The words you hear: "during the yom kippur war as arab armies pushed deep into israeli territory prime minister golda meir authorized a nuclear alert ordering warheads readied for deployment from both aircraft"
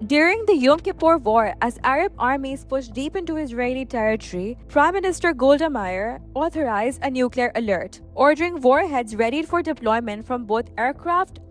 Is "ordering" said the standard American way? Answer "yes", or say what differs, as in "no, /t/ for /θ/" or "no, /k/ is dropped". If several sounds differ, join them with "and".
yes